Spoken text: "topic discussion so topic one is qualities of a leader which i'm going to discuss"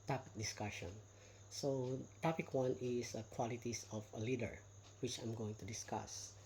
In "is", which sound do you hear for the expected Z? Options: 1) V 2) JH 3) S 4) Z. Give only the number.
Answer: 3